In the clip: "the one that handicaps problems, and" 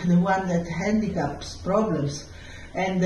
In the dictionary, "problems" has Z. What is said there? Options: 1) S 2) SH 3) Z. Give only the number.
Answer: 1